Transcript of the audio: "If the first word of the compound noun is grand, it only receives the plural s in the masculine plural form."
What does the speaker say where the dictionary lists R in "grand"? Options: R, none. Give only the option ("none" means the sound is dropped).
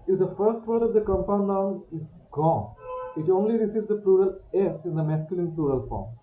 none